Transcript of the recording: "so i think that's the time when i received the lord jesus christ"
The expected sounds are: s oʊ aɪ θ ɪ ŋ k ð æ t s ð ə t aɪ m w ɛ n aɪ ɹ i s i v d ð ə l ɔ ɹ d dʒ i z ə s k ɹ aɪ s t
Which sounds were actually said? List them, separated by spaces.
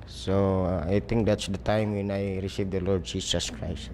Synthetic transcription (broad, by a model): s oʊ aɪ t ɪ ŋ k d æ t s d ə t aɪ m w ɛ n aɪ ɹ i s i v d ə l ɔ ɹ d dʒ i s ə s k ɹ aɪ s t